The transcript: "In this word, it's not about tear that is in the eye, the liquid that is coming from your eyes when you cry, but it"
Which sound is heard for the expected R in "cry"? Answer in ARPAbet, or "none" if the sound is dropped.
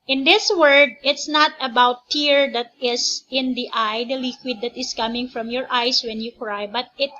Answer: R